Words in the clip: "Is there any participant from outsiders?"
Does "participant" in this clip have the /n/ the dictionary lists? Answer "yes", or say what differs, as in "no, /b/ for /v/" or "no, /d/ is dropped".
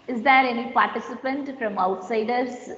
yes